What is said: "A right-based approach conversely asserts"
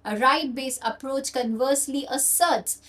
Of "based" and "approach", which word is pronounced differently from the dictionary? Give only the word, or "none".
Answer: based